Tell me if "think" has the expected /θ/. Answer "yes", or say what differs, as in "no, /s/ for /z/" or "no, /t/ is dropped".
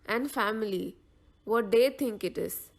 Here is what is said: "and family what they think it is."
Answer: no, /t/ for /θ/